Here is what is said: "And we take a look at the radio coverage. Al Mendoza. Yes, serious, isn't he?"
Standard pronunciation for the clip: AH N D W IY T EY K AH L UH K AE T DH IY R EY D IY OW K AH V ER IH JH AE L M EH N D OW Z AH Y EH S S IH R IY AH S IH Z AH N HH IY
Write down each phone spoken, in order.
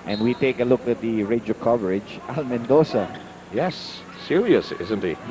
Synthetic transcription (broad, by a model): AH N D W IY T EY K AH L UH K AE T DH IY R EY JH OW K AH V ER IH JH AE L M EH N D OW S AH Y EH S S IH R IY AH S IH Z AH N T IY